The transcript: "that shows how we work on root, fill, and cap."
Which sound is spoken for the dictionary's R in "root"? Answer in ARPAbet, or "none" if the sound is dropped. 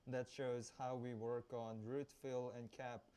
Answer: R